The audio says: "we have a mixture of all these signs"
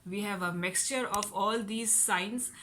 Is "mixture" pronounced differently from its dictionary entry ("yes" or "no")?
no